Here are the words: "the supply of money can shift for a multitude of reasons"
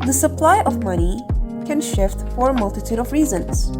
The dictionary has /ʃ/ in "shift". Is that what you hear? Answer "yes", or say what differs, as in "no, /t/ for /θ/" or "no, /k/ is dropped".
yes